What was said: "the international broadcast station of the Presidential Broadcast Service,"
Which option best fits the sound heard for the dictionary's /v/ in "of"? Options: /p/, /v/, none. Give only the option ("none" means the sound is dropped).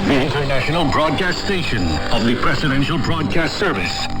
/v/